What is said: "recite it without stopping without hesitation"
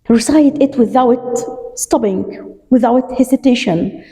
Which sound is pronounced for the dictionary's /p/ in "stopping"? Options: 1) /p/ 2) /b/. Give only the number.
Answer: 2